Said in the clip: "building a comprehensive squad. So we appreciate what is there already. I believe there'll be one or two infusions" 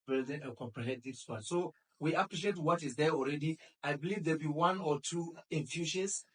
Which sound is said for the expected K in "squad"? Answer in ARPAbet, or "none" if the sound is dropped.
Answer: none